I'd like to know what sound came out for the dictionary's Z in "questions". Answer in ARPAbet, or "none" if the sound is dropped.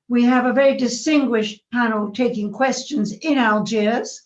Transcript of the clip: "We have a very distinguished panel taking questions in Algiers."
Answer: Z